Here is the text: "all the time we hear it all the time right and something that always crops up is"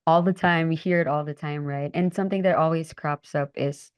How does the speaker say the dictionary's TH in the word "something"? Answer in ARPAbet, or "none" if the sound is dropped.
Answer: TH